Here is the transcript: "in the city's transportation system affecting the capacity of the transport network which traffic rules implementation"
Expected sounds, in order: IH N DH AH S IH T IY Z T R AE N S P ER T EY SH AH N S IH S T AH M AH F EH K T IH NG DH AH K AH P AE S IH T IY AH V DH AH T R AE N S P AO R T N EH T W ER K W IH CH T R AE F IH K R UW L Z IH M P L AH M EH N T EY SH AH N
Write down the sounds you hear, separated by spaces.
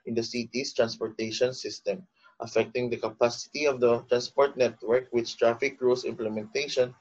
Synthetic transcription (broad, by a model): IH N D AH S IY T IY S T R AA N S P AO T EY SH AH N S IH S T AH M AH F EH K T IH NG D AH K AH P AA S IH T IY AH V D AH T R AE N S P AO R T N EH T W ER K W IH CH T R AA F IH K R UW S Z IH M P L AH M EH N T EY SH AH N